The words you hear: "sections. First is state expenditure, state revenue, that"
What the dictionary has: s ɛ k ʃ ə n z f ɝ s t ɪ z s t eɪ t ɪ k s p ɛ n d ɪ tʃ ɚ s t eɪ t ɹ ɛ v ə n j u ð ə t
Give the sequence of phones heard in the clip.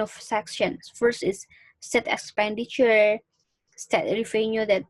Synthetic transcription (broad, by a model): s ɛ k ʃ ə n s f ɝ s t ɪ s s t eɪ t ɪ k s p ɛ n d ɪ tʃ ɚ s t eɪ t ɹ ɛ f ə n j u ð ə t